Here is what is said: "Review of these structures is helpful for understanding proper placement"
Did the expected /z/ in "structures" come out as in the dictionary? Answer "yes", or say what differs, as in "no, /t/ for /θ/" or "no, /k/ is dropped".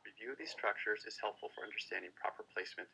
yes